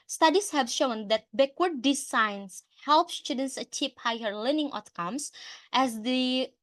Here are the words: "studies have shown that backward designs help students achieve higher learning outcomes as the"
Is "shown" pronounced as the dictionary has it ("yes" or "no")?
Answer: yes